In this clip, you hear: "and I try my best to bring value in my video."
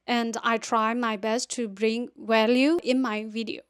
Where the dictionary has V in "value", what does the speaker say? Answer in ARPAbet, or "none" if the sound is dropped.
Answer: W